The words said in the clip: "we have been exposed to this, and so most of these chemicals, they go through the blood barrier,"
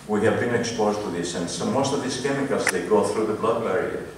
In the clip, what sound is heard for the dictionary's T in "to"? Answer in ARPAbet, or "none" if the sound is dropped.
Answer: T